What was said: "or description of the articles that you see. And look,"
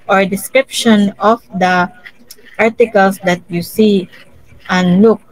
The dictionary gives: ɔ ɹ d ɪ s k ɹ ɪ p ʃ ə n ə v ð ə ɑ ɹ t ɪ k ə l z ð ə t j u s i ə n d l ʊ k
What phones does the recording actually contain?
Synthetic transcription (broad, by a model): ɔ ɹ d ɪ s k ɹ ɪ p ʃ ə n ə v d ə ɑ ɹ t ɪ k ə l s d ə t j u s i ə n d l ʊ k